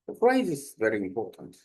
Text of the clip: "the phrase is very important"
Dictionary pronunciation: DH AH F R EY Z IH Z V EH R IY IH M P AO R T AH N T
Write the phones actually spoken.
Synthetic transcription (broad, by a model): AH P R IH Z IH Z V EH R IY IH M P AO R T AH N T